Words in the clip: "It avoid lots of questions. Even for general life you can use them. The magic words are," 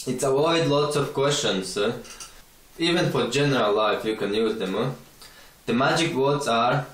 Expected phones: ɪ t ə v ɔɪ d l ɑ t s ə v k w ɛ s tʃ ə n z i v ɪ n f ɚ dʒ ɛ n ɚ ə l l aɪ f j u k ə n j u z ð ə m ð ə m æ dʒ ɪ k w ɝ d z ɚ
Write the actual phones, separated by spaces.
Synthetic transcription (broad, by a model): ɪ t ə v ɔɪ d l ɑ t s ə v k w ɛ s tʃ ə n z i v ɪ n f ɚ dʒ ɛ n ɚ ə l l aɪ f j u k ə n j u z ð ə m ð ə m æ dʒ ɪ k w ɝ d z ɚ